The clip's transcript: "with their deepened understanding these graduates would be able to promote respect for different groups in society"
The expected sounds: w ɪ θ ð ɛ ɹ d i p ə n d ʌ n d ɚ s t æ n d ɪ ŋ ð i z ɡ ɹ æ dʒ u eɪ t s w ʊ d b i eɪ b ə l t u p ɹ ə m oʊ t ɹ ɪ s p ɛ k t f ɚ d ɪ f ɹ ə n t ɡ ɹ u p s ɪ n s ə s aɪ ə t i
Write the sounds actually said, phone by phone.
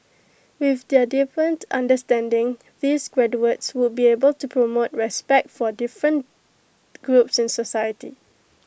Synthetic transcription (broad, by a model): w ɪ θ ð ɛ d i f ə n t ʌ n d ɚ s t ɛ n d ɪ ŋ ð i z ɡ ɹ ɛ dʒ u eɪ t s w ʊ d b i eɪ b ə l t u p ɹ ə m oʊ t ɹ ɪ s p ɛ k t f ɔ d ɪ f ɹ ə n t ɡ ɹ u p s ɪ n s ə s aɪ ə t i